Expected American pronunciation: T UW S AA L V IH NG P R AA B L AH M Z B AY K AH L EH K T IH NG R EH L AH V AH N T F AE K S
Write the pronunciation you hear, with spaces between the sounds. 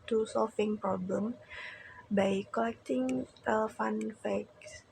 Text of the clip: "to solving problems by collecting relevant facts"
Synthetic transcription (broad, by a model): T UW S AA L F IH NG P R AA B L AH M B AY K AH L EH K T IH NG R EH L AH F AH N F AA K S